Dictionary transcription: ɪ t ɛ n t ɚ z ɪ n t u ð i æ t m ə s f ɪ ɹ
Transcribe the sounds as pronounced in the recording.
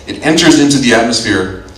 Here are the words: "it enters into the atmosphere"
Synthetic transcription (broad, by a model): ɪ t ɛ n t ɚ z ɪ n t u ð i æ t m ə s f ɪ ɹ